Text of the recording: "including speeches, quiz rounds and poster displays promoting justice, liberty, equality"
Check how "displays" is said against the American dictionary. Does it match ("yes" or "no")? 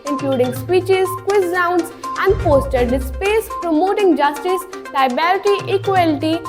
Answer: no